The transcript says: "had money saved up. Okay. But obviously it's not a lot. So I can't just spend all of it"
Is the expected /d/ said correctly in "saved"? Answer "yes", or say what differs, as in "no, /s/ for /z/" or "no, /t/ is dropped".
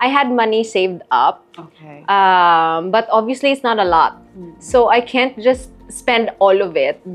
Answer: yes